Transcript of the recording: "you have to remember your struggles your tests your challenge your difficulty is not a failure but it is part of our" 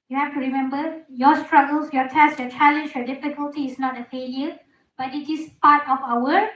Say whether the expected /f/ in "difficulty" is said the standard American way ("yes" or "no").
yes